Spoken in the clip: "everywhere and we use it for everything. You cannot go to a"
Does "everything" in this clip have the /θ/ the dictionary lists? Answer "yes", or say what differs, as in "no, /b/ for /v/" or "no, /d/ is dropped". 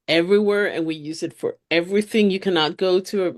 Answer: yes